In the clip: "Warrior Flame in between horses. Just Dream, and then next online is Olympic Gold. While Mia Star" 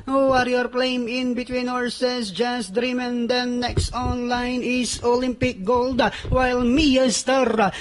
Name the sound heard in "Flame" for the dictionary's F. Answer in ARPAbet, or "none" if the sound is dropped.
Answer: P